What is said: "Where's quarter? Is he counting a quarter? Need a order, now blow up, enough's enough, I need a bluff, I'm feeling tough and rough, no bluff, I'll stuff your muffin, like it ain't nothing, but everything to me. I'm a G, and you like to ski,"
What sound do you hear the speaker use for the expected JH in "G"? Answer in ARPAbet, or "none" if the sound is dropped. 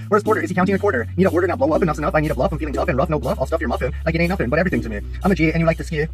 JH